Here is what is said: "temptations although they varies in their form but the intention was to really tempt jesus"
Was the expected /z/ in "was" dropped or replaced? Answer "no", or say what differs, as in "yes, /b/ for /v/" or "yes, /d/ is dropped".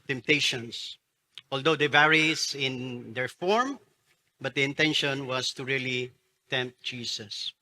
yes, /s/ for /z/